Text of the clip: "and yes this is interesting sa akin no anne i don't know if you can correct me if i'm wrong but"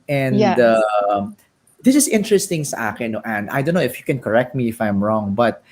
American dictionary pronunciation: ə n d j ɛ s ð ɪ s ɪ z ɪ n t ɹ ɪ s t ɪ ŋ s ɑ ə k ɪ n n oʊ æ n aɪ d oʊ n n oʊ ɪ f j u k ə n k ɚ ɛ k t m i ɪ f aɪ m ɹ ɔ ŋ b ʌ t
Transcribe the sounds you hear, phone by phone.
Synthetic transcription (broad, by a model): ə n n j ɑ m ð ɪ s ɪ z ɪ n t ɹ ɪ s t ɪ ŋ s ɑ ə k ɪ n n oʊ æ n aɪ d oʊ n n oʊ ɪ f j u k ə n k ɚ ɛ k t m i ɪ f aɪ m ɹ ɔ ŋ b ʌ t